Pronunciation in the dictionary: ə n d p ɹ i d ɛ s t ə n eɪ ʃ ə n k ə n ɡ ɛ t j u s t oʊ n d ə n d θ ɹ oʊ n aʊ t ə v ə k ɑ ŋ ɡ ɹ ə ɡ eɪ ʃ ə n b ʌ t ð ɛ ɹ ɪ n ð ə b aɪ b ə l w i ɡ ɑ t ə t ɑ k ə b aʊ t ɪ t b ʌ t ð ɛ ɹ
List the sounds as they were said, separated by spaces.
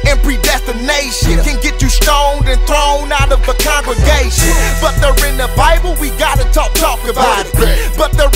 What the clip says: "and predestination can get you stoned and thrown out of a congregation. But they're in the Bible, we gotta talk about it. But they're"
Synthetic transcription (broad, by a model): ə n p ɹ i d ɛ s t ə n eɪ ʃ ə n k ə n ɡ ɛ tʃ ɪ s t oʊ n d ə n θ ɹ oʊ n aʊ t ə v ə k ɑ ŋ ɡ ɹ ə ɡ eɪ ʃ ə n b ʌ t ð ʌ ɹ ɪ n ð ə b aɪ b l w i ɡ ɑ t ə t ɑ k ə b aʊ t ɪ t b ʌ t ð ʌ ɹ